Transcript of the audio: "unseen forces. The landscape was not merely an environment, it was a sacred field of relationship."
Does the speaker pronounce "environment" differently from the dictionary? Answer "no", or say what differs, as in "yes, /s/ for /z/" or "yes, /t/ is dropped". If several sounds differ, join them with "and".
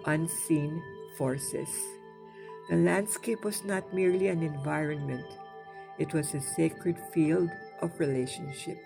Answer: no